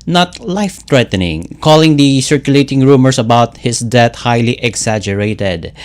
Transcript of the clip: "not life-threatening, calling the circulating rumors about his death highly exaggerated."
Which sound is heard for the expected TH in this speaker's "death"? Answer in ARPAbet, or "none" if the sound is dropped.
T